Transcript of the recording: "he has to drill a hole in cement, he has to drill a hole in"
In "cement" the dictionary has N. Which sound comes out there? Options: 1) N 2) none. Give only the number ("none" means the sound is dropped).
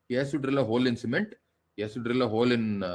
1